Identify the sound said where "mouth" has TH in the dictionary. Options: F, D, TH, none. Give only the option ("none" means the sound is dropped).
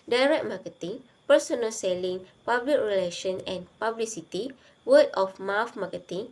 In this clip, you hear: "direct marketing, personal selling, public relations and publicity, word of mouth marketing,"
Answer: F